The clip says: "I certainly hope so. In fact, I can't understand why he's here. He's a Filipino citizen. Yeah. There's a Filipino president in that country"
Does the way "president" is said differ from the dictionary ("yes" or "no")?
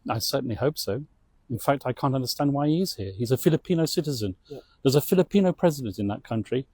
no